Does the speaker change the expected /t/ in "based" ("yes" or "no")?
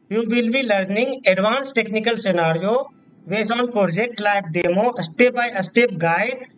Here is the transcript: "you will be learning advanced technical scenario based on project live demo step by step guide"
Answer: yes